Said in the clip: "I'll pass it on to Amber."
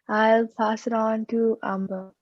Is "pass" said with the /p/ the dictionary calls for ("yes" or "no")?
yes